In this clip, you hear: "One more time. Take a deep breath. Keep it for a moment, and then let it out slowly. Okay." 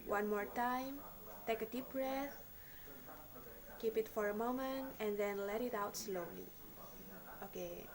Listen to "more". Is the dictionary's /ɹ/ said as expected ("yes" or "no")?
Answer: yes